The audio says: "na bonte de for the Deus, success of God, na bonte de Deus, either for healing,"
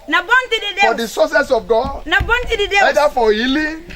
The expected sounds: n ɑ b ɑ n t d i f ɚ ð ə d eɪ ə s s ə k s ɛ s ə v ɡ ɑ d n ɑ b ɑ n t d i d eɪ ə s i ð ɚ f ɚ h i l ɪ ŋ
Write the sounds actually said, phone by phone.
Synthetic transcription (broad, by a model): n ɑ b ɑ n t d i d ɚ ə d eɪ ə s s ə s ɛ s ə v ɡ ɑ d n ɑ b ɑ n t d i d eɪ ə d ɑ f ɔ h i l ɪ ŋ